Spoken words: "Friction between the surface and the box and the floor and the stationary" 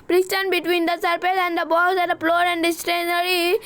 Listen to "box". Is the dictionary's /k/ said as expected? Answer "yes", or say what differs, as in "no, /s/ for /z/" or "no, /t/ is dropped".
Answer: no, /k/ is dropped